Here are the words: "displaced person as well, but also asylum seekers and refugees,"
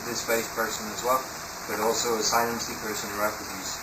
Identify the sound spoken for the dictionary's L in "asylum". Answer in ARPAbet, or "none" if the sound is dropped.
N